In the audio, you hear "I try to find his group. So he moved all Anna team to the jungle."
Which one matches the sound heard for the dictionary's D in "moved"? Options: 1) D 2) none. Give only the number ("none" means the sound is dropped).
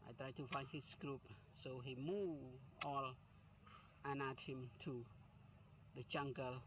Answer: 2